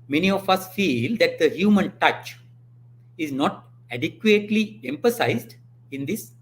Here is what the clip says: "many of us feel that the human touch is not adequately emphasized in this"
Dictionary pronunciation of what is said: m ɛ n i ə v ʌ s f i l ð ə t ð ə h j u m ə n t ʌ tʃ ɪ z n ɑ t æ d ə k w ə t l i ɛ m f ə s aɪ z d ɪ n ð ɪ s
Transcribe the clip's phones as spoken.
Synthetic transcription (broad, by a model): m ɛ n i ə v ʌ s f i l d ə t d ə h j u m ə n t ʌ tʃ ɪ z n ɑ t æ d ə k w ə t l i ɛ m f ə s aɪ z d ɪ n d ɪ s